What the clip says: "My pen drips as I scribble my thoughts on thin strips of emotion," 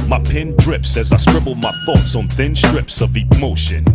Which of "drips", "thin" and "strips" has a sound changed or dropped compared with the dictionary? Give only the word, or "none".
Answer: none